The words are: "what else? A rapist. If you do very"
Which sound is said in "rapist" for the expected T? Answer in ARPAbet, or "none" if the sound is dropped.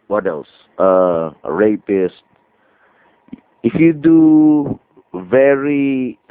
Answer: T